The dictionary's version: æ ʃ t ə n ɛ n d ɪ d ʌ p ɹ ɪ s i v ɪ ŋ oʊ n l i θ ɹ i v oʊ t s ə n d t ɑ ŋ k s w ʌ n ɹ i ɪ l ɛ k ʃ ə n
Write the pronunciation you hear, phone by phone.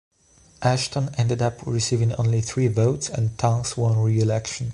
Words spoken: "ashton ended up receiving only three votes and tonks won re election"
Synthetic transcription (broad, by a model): æ ʃ t ə n ɛ n d ɪ d ʌ p ɹ ɪ s i v ɪ ŋ oʊ n l i θ ɹ i v oʊ t s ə n t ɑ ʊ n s w ʌ n ɹ i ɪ l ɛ k ʃ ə n